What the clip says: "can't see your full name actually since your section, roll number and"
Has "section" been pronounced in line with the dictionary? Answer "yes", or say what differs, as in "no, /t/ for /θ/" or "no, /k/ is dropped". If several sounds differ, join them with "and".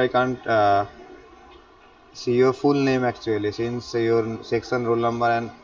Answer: no, /s/ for /ʃ/